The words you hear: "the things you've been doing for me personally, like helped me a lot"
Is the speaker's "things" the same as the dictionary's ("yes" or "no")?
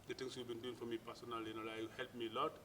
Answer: no